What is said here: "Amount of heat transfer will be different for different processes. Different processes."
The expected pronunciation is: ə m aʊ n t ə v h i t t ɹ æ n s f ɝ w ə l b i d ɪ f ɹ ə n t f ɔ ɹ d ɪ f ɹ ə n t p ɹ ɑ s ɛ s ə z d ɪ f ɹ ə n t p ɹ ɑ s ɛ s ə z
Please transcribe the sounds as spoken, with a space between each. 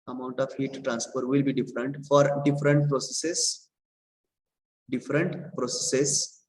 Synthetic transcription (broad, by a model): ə m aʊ n t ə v h i t t ɹ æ n s p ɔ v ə l b i d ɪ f ɹ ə n t f ɔ ɹ d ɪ f ɹ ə n t p ɹ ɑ s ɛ s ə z d ɪ f ɹ ə n t p ɹ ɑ s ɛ s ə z